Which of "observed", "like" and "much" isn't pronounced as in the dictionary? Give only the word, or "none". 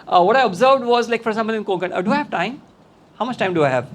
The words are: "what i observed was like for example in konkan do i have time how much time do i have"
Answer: none